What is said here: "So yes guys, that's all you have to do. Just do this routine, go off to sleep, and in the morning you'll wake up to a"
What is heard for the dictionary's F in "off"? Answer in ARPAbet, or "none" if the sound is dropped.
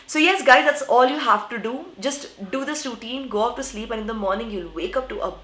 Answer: P